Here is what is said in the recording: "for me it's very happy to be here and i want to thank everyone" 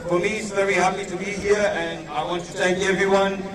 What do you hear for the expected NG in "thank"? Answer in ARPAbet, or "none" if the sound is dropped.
none